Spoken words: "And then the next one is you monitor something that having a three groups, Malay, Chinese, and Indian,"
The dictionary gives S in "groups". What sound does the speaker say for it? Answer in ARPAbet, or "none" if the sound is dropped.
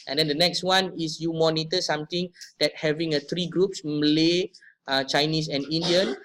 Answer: S